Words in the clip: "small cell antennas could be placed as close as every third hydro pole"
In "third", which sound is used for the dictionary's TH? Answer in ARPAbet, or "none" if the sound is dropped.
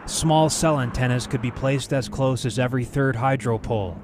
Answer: TH